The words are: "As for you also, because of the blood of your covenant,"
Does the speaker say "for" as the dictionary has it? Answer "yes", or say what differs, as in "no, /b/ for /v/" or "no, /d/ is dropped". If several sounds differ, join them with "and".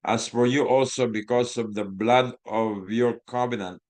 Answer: yes